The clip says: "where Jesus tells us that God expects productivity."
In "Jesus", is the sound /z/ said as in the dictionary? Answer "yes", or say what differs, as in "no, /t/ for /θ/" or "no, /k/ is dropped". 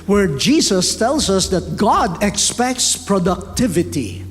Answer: no, /s/ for /z/